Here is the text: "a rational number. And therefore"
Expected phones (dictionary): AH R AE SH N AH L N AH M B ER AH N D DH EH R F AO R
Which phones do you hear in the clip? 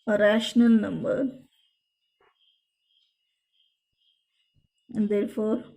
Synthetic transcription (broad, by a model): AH R AE SH N AH L N AH M B ER AH N D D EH R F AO R